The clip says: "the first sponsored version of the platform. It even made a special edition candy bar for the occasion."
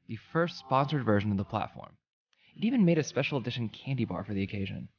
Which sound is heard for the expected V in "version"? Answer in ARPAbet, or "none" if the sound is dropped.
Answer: V